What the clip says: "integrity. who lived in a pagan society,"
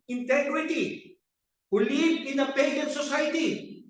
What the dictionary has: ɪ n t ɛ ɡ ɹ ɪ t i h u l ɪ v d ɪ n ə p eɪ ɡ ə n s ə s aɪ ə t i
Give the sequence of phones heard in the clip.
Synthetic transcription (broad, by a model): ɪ n t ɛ ɡ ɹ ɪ t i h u l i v ɪ n ə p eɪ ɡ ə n s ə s aɪ t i